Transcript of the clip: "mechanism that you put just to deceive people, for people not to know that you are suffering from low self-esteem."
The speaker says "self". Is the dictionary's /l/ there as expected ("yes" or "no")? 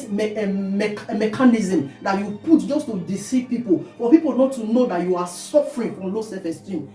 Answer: no